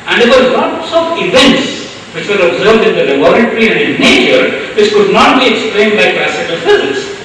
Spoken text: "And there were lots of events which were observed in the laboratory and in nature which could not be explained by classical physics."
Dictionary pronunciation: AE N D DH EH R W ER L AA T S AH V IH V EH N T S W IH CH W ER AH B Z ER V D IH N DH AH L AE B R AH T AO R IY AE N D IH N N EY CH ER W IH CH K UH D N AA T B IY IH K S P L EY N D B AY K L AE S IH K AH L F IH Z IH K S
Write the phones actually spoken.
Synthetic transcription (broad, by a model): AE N D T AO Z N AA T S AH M IH V EH N T S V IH CH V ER AH B Z ER V D IH N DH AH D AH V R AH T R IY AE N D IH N N EY CH ER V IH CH K UH D N AA T B IY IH K S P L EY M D B AY K L AE S IH K AH L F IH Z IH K S